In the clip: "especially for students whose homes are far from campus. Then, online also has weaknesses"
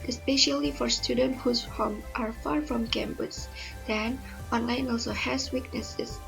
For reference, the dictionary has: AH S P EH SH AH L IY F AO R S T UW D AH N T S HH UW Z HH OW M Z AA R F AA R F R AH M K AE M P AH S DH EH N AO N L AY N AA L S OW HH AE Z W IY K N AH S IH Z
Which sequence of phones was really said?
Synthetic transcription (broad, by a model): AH S P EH SH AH L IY F AO R S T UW D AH N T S HH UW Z HH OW M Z AA R F AA R F R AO M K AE M B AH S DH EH N AO N L AY N AA L S OW HH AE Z W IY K N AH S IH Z